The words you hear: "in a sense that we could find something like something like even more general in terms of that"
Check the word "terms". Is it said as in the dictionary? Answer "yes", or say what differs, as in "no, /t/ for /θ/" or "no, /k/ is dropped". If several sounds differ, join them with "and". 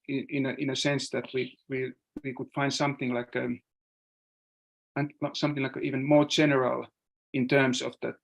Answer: no, /s/ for /z/